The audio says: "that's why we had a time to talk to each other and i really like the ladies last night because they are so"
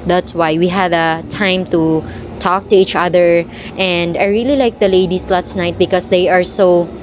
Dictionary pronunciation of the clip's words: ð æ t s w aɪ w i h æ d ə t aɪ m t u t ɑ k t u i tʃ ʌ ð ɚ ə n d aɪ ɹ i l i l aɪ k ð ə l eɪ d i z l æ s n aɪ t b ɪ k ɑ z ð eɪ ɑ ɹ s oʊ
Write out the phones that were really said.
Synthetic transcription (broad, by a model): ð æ t s w aɪ w i h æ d ə t aɪ m t u t ɑ k t u i tʃ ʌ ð ɚ ə n d aɪ ɹ i l i l aɪ k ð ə l eɪ d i s l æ s n aɪ t b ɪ k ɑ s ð eɪ ɑ ɹ s oʊ